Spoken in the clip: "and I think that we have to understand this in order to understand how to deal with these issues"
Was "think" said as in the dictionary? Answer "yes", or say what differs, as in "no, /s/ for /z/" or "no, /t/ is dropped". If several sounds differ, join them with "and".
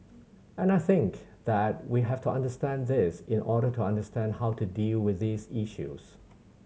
yes